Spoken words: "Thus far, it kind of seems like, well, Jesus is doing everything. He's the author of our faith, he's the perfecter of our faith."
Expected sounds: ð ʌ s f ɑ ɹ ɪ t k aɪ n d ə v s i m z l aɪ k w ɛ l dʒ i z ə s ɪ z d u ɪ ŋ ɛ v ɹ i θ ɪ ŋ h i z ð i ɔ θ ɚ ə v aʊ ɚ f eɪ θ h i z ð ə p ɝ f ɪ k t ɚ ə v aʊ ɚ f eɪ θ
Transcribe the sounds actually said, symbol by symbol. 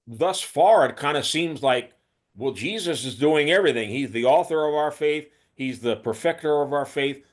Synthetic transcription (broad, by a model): ð ʌ s f ɑ ɹ ɪ t k aɪ n d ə s i m z l aɪ k w ɛ l dʒ i z ə s ɪ z d u ɪ ŋ ɛ v ɹ i θ ɪ ŋ h i z ð i ɔ θ ɚ ə v aʊ ɚ f eɪ θ h i z ð ə p ɝ f ɪ k t ɚ ə v aʊ ɚ f eɪ θ